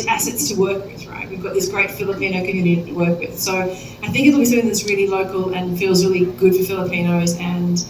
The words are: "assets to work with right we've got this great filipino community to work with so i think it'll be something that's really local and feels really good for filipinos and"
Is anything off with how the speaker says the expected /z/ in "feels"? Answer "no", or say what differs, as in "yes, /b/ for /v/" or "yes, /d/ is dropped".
no